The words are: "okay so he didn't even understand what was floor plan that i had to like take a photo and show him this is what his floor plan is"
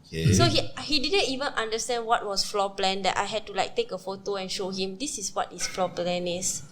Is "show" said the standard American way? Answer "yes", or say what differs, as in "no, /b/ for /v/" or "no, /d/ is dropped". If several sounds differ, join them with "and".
yes